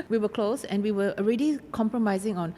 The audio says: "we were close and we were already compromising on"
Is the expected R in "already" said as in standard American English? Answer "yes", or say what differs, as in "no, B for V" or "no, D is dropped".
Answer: yes